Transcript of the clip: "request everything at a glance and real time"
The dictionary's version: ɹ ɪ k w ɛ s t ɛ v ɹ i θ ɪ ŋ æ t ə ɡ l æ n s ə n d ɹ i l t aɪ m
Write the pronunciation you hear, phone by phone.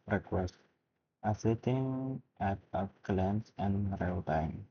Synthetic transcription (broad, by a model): ɹ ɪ k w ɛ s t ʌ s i t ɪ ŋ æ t ə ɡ l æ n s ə n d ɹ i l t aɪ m